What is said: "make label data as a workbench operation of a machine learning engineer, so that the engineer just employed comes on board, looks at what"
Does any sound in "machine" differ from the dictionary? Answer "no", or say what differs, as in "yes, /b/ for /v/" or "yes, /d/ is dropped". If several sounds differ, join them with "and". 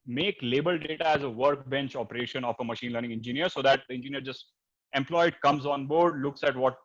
no